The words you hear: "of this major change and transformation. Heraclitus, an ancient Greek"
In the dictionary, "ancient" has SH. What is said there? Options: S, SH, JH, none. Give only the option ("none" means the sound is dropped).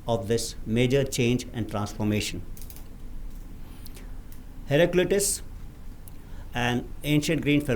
SH